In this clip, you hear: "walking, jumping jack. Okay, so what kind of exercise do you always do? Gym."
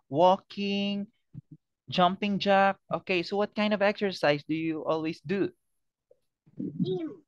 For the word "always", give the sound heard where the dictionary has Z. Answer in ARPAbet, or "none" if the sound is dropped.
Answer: S